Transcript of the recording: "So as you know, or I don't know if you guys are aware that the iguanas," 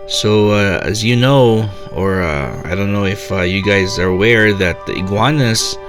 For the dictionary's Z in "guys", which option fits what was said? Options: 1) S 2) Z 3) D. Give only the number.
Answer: 2